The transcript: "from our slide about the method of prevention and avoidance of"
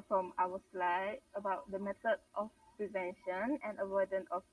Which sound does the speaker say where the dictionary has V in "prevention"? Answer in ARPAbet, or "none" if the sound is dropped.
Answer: V